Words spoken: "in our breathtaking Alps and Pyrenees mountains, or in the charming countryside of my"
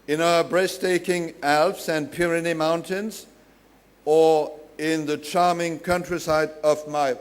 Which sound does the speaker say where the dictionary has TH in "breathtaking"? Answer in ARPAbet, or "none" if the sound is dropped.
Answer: S